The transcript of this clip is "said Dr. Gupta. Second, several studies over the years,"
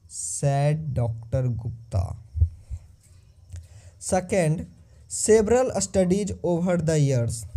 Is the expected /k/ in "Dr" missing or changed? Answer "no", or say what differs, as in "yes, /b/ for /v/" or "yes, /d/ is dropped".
no